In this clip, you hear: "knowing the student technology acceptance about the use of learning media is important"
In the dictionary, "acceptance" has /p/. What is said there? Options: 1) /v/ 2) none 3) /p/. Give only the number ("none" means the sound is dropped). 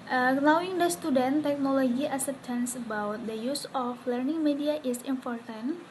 2